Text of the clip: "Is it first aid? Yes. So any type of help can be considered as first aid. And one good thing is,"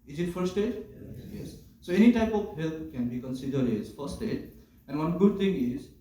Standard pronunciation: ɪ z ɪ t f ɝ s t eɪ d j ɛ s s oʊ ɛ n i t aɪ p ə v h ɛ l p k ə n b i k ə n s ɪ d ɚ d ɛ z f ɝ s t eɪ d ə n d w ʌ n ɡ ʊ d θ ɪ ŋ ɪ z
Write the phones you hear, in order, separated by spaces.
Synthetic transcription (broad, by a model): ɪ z ɪ t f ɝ s t eɪ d j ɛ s s oʊ ɛ n i t aɪ p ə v h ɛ l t k ə n b i k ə n s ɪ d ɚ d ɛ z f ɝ s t eɪ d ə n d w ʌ n ɡ ʊ d t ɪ ŋ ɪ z